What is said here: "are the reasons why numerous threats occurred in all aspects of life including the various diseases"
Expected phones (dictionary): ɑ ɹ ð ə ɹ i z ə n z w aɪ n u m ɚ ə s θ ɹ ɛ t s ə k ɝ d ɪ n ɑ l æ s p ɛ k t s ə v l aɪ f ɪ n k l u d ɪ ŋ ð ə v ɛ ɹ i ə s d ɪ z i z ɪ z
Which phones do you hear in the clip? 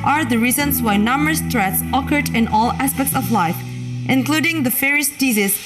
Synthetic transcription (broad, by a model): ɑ ɹ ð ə ɹ i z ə n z w aɪ n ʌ m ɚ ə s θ ɹ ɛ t s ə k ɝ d ɪ n ɑ l æ s p ɛ k t s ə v l aɪ f ɪ n k l u d ɪ ŋ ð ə f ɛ ɹ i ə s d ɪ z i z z